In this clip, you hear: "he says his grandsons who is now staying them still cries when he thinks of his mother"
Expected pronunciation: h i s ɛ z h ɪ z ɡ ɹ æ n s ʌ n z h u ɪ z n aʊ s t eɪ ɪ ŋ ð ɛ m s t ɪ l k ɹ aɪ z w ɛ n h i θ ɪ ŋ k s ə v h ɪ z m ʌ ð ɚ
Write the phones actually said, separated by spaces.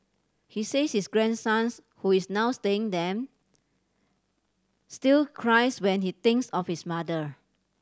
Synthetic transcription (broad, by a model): h i s ɛ s h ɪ s ɡ ɹ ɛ n s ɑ n s h u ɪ s n aʊ s t eɪ ɪ ŋ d ɛ m s t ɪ l k ɹ aɪ s w ɛ n h i t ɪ ŋ k s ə f h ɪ s m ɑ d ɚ